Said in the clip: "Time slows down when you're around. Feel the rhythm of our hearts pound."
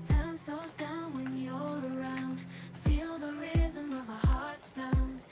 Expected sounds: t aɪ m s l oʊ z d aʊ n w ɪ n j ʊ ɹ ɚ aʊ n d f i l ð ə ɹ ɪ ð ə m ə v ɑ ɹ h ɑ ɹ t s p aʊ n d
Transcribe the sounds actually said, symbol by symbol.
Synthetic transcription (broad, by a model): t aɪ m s oʊ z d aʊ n w ɪ n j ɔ ɚ aʊ n d f i l ð ə ɹ ɪ ð ə m ə v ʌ h ɑ ɹ t s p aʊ n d